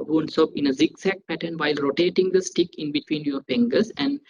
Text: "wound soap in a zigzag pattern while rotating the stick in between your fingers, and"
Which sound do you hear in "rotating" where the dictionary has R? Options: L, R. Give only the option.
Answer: R